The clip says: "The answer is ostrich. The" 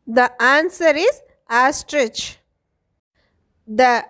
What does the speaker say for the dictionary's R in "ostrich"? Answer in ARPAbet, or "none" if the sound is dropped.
R